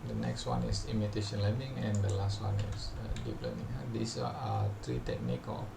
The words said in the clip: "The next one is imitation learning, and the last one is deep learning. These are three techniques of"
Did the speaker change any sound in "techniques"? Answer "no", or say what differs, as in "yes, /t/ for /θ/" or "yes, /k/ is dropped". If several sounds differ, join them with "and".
yes, /s/ is dropped